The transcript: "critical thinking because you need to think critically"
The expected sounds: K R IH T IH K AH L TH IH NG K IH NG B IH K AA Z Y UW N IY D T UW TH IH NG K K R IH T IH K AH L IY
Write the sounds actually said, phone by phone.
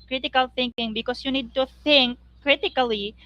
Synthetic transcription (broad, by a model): K R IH T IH K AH L TH IH NG K IH NG B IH K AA S Y UW N IY D T UW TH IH NG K K R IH T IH K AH L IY